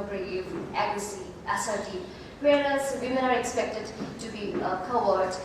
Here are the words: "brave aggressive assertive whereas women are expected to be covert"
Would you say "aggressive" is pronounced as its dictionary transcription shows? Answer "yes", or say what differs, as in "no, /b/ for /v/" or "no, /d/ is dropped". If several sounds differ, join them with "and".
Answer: no, /v/ is dropped